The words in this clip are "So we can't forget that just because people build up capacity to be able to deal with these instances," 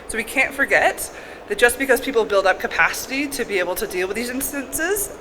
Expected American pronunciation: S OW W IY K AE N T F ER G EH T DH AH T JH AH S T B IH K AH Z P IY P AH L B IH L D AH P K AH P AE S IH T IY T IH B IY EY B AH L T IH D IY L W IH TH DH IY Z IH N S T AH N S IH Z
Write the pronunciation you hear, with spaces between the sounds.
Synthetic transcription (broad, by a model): S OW W IY K AE N T F ER G EH T DH AH T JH AH S B IH K AH Z P IY P L B IH L D AH P K AH P AE S IH T IY T IH B IY EY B L T IH D IY L W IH DH IY Z IH N S T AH N S IH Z